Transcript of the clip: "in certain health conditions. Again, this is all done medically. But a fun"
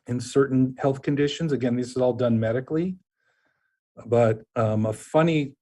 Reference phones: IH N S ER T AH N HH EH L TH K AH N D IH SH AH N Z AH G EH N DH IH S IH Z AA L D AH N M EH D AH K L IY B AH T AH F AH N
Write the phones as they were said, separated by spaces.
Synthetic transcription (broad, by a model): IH N S ER T N HH EH L TH K AH N D IH SH AH N Z AH G EH N DH IH S IH Z AA L D AH N M EH D AH K L IY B AH T AH F AH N